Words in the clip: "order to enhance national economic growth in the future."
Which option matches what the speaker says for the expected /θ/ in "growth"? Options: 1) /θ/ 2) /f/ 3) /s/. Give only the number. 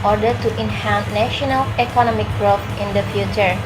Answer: 2